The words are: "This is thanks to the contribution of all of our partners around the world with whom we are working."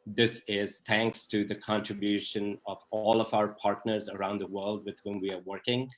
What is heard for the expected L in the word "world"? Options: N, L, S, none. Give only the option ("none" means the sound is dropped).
L